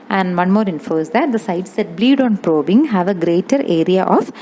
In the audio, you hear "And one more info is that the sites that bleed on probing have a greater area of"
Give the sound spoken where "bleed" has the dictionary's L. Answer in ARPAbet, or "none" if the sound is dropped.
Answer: L